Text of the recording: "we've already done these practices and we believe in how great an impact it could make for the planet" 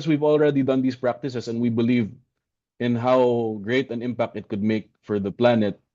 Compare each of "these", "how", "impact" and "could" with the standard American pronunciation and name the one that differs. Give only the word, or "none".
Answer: these